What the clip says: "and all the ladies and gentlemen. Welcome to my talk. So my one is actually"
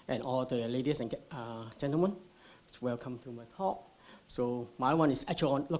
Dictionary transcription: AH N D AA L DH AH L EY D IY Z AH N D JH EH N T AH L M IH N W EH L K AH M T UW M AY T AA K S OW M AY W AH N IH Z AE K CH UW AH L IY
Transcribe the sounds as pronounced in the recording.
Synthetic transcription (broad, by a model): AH N AA L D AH L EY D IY S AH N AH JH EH N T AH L M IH N W EH L K AH M T UW M AY T AA K S OW M AY W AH N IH S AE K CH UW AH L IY